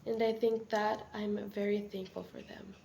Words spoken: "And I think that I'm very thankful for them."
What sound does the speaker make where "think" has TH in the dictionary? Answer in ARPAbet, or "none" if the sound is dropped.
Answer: TH